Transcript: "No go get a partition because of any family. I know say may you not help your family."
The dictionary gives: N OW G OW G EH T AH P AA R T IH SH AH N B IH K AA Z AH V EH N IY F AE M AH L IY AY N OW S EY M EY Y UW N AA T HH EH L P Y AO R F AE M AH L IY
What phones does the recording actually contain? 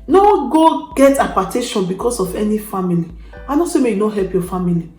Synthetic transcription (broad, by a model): N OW G OW G EH T AH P AA T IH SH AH N B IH K AA S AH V EH N IY F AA M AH L IY AY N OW S EY M EY Y UW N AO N HH EH L P Y AO F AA M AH L IY